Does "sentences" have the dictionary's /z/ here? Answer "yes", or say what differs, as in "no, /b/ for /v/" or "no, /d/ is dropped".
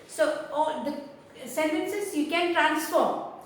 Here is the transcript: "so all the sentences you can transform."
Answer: no, /s/ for /z/